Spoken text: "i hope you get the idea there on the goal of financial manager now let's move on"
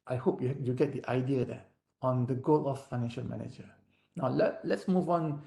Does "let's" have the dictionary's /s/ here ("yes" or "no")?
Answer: yes